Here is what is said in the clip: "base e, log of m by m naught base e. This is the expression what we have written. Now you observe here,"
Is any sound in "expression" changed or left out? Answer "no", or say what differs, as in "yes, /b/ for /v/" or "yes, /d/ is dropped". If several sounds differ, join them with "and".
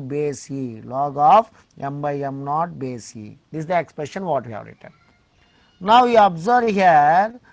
no